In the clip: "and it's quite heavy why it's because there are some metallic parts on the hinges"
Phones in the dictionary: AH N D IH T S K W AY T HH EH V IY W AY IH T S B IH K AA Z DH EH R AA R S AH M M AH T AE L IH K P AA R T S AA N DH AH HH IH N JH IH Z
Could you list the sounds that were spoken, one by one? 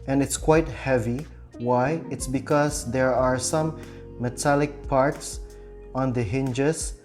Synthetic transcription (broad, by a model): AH N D IH T S K W AY T HH EH V IY W AY IH T S B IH K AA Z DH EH R AA R S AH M M AH T AE L IH K P AA R T S AA N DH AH HH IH N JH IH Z